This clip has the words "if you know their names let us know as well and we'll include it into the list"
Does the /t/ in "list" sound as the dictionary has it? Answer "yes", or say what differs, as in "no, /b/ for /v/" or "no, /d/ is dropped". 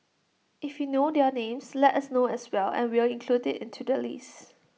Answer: no, /t/ is dropped